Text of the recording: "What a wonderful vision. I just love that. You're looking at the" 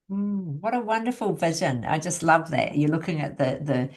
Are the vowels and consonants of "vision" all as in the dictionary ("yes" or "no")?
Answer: yes